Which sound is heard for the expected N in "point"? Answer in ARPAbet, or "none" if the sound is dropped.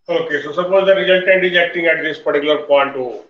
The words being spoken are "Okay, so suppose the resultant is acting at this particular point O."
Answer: N